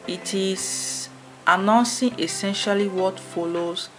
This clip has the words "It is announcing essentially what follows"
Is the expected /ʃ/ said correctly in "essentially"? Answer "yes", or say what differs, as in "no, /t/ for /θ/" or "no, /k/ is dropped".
yes